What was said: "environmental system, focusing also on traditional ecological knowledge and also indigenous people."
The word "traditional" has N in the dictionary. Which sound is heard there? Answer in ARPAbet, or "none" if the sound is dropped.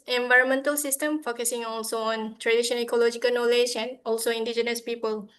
none